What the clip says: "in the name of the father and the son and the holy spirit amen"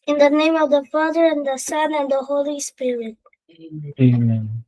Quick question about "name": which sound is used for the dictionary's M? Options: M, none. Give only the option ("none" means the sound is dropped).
M